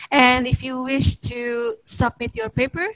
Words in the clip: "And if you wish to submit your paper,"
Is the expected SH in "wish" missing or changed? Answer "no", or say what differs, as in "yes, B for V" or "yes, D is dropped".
no